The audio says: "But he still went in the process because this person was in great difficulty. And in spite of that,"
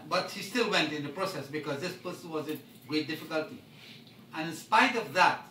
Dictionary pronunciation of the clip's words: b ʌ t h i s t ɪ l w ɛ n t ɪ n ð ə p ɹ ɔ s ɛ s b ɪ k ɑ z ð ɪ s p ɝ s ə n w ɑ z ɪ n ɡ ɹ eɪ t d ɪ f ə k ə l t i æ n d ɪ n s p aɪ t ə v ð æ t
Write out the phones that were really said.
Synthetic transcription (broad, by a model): b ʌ t h i s t ɪ l w ɛ n t ɪ n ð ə p ɹ ɔ s ɛ s b ɪ k ɑ z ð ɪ s p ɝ s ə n w ɑ z ɪ n ɡ ɹ eɪ t d ɪ f ə k ə l t i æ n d ɪ n s p aɪ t ə v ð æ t